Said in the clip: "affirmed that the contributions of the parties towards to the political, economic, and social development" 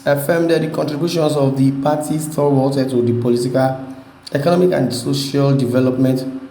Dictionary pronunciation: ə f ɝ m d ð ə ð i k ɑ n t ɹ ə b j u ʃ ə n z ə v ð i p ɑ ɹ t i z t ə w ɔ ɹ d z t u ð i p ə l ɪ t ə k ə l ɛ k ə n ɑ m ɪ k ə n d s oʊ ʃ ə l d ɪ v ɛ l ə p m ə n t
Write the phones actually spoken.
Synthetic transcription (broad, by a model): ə f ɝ m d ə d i k ɑ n t ɹ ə b j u ʃ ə n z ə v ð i p ɑ t i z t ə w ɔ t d t u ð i p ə l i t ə k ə l ɛ k ə n ɑ m ɪ k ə n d s oʊ ʃ ə l d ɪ v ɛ l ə p m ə n t